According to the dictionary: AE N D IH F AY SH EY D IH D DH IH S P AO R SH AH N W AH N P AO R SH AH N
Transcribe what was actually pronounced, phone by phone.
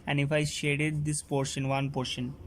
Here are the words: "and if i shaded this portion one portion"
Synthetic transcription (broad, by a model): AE N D IH F AY SH EY D IH D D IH S P AO R SH AH N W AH N P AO R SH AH N